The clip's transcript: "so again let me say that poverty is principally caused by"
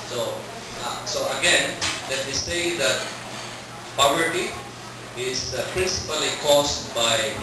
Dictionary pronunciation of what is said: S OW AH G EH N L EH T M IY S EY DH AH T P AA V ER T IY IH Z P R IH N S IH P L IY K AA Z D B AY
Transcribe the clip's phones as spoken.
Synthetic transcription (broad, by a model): S OW AH G EH N L EH T M IY S EY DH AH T P AA V ER T IY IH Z P R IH N S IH P L IY K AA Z B AY